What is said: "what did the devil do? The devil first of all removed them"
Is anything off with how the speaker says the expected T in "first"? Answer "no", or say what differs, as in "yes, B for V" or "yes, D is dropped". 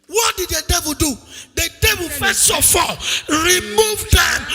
yes, T is dropped